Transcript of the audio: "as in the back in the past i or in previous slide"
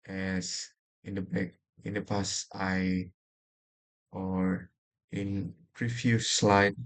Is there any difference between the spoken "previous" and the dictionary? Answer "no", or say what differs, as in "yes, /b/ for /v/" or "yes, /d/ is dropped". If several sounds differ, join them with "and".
yes, /f/ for /v/